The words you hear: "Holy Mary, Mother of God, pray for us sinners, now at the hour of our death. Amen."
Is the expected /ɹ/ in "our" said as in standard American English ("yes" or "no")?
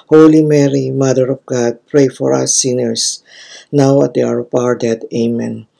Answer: yes